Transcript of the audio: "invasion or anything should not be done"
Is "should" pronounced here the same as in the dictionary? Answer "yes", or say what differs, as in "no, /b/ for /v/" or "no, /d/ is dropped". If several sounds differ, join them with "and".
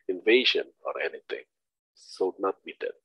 no, /s/ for /ʃ/